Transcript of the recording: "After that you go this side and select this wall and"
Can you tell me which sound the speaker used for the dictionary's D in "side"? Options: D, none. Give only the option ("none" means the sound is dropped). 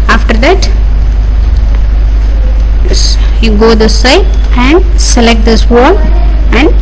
none